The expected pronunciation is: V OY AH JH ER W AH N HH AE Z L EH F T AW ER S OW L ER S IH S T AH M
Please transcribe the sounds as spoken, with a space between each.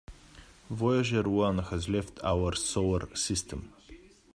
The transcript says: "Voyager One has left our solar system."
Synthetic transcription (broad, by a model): V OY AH ZH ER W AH N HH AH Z L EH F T AW ER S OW W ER S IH S T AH M